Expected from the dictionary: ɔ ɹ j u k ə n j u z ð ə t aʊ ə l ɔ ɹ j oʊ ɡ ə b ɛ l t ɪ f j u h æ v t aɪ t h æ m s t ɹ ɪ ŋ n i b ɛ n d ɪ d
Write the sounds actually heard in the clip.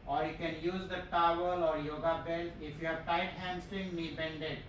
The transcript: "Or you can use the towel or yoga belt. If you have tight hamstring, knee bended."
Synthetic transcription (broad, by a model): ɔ ɹ j u k ə n j u z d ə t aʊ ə l ɔ ɹ j oʊ ɡ ə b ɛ l ɪ f j u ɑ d t aɪ t h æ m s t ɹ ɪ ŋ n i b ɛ n d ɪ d